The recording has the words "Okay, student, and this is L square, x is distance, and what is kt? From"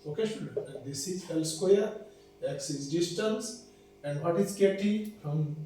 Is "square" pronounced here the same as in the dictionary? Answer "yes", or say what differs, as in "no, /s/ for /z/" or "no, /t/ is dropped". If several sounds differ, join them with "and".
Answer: no, /l/ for /ɹ/